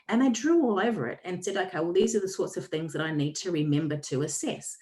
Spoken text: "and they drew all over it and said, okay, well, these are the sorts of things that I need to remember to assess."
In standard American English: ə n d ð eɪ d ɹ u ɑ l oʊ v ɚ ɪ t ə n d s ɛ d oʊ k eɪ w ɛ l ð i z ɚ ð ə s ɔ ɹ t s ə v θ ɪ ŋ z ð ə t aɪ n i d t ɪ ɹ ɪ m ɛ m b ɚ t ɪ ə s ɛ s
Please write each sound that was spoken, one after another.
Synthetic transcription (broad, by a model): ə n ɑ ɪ d ɹ u ɑ l oʊ v ɚ ɪ t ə n s ɛ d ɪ k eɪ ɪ w ð i z ɚ ð ə s ɔ ɹ t s ə v θ ɪ ŋ z ð ə t aɪ n i d t ɪ ɹ ɪ m ɛ m b ɚ t ɪ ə s ɛ s